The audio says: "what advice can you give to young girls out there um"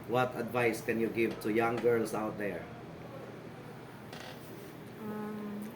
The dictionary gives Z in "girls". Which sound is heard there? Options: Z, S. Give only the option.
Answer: S